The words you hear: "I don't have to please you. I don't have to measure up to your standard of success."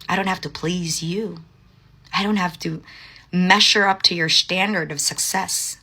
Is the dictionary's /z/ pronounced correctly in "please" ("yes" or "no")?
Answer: yes